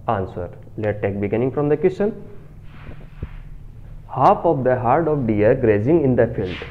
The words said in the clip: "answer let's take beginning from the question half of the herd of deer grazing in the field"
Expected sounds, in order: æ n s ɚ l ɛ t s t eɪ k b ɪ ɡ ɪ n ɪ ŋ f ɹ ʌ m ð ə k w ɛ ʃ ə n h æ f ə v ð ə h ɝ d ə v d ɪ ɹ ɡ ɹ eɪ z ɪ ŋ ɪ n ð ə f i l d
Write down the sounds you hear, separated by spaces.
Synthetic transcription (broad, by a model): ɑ n s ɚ l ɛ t t eɪ k b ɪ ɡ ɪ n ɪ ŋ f ɹ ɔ m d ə k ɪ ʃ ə n h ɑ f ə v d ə h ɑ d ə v d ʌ ɹ ɡ ɹ eɪ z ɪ ŋ ɪ n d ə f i l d